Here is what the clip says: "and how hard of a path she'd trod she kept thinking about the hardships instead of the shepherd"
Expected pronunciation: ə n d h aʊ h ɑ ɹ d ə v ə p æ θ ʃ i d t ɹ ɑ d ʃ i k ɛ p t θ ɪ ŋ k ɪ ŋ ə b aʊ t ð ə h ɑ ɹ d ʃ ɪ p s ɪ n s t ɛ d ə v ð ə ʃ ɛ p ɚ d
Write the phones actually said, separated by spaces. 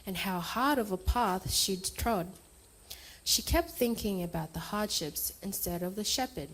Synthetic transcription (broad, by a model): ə n h aʊ h ɑ ɹ d ə v ə p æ θ ʃ i d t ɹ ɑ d ʃ i k ɛ p t θ ɪ ŋ k ɪ ŋ ə b aʊ t ð ə h ɑ ɹ d ʃ ɪ p s ɪ n s t ɛ d ə v ð ə ʃ ɛ p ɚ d